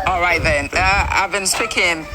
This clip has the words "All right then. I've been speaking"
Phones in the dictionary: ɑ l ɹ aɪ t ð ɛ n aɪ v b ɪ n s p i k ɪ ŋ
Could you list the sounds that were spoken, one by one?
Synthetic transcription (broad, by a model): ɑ l ɹ aɪ t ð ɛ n aɪ v b ɪ n s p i k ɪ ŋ